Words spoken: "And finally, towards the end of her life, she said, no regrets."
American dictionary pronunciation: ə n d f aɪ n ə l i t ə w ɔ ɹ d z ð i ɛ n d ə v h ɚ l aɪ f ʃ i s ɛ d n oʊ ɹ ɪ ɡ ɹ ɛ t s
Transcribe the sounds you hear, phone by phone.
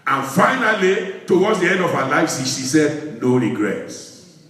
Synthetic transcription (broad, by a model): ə n f aɪ n ə l i t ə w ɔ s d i ɛ n d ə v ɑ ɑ l aɪ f s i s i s n oʊ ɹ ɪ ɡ ɹ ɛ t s